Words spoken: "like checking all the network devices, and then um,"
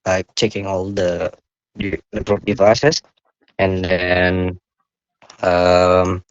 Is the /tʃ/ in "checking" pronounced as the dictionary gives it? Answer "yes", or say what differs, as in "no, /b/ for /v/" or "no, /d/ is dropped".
yes